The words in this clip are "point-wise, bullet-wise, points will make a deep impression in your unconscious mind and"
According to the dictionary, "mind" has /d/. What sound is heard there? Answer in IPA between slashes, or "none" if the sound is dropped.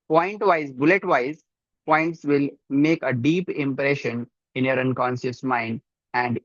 /d/